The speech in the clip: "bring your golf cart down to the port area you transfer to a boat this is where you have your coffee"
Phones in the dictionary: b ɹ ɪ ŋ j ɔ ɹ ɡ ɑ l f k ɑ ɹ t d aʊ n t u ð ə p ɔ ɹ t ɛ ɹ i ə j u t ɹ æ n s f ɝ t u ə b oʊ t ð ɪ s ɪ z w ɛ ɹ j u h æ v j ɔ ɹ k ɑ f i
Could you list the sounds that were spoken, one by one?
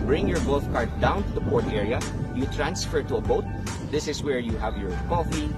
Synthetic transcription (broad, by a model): b ɹ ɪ ŋ j ɔ ɹ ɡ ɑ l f k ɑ ɹ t d aʊ n t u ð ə p ɔ ɹ t ɛ ɹ i ə j u t ɹ æ n s f ɝ t u ə b oʊ t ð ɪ s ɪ s w ɛ ɹ j u h æ v j ɔ ɹ k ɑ f i